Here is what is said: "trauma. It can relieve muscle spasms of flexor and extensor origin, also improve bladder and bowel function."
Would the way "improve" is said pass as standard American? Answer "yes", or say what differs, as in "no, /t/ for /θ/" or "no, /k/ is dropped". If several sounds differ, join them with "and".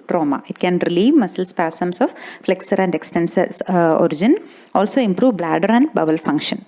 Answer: yes